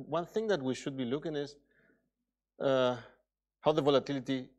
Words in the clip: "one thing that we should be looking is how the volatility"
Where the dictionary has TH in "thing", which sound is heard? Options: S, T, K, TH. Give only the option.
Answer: TH